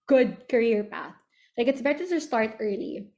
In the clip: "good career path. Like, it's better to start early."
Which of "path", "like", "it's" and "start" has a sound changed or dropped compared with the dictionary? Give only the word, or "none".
none